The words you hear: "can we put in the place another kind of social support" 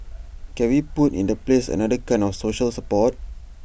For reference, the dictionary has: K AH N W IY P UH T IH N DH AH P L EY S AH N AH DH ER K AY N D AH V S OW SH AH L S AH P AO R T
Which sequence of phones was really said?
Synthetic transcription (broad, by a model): K AH N W IY P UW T IH N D AH P L EY S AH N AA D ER K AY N AH F S OW SH AH L S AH P AO T